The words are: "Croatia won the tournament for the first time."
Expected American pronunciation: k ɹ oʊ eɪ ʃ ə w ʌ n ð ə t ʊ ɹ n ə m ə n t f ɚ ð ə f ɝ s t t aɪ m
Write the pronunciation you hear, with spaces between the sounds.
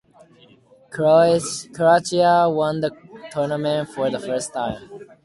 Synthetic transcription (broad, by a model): k ɹ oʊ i ə w ʌ n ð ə t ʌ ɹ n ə m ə n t f ɚ ð ə f ɝ s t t aɪ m